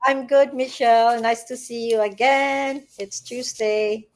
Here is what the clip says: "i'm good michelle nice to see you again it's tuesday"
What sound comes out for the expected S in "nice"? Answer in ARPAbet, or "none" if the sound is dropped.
S